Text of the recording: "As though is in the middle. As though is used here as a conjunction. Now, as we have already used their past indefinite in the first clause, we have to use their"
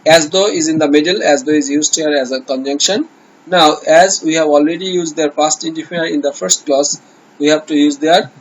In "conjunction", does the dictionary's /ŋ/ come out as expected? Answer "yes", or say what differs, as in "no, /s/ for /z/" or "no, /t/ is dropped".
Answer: yes